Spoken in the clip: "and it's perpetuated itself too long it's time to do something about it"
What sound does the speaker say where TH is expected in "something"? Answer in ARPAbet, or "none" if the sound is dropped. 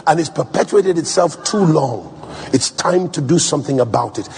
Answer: TH